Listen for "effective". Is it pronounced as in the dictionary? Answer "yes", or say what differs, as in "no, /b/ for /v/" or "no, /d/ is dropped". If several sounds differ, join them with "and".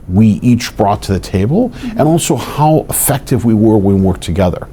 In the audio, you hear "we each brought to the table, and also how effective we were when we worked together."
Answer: yes